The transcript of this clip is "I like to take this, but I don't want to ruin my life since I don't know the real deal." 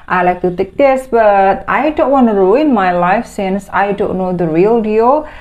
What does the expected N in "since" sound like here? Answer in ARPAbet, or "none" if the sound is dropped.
N